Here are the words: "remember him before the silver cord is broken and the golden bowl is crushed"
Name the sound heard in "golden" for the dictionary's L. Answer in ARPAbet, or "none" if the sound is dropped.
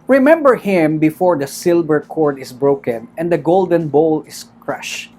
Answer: L